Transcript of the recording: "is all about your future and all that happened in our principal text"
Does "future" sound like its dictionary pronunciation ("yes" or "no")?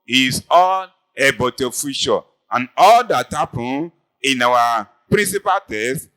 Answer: no